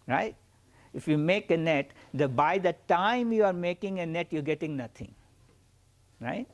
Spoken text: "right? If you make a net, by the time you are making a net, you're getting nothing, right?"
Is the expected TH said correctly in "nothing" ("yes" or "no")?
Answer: no